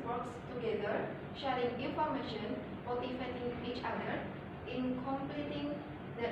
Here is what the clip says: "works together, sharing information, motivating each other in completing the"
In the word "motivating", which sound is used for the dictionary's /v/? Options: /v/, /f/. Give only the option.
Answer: /f/